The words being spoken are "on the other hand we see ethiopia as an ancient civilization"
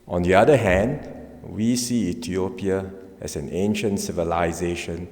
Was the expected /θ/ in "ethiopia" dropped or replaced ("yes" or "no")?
yes